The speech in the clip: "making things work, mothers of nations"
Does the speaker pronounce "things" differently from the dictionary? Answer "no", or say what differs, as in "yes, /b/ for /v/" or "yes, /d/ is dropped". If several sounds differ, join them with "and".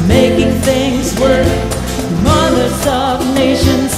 no